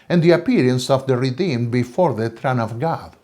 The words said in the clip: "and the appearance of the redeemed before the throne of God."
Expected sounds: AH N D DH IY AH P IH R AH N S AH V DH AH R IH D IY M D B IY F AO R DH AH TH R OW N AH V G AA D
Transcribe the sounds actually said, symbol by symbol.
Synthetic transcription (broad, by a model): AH N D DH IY AH P IH R AH N S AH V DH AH R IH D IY M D B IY F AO R DH AH T R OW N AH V G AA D